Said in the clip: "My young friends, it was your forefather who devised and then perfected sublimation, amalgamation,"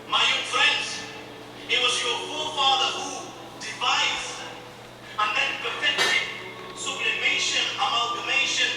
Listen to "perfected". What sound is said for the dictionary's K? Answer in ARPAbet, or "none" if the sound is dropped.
none